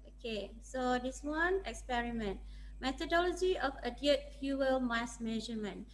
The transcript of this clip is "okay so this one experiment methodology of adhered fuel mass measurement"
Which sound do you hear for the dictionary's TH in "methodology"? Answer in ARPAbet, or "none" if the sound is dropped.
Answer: T